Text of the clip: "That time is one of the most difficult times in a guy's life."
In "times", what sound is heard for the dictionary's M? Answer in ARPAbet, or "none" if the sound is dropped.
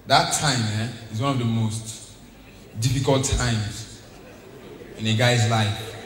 M